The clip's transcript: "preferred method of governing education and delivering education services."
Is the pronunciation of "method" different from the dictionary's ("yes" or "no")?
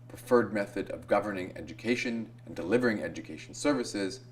no